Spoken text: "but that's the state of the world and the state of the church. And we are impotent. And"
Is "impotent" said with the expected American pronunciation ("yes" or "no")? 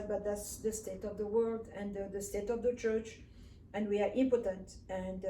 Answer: yes